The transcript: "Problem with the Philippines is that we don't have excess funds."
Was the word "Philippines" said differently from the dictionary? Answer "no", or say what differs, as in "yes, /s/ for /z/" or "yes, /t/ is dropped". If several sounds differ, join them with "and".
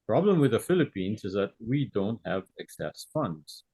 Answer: no